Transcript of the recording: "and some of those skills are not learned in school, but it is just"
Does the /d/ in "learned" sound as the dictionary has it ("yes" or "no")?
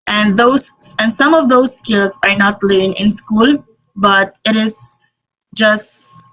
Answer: no